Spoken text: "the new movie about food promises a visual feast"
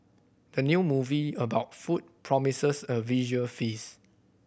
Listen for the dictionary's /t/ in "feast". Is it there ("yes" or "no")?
no